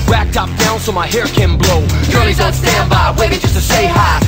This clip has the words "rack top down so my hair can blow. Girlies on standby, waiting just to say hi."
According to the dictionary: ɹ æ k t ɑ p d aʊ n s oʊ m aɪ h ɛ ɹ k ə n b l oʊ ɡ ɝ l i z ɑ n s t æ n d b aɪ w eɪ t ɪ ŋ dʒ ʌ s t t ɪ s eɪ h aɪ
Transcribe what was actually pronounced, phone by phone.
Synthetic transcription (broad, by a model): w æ k t ɑ p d aʊ n s oʊ m aɪ h ɛ ɹ k ə n b l oʊ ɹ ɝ i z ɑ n s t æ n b aɪ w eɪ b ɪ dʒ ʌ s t t ɪ s eɪ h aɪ